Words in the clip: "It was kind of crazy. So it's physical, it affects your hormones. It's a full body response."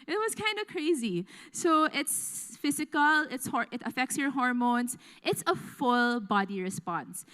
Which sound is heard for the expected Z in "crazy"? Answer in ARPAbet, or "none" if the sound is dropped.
Z